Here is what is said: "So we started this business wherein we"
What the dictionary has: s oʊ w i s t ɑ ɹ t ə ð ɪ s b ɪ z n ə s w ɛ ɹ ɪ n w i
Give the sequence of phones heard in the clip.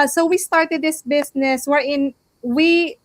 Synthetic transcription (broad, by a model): s oʊ w i s t ɑ ɹ t ə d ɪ s b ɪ s n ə s w ɛ ɹ ɪ n w i